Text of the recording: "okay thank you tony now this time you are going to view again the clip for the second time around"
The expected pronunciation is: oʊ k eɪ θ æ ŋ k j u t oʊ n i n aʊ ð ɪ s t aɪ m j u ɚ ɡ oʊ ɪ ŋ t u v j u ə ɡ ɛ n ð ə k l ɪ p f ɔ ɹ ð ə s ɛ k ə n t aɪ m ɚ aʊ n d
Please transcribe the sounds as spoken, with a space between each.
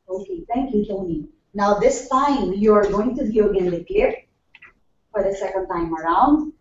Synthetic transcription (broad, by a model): oʊ k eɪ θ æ ŋ k j u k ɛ l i n aʊ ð ɪ s t aɪ m j u ɚ ɡ oʊ ɪ ŋ t u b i ə ɡ ɛ n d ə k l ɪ f ɔ ɹ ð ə s ɛ k ə n t aɪ m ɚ aʊ n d